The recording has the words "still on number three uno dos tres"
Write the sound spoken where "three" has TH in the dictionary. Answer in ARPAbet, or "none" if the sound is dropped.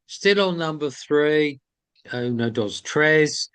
TH